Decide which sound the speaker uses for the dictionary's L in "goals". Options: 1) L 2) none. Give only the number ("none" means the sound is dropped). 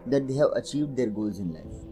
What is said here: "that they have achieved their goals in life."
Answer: 1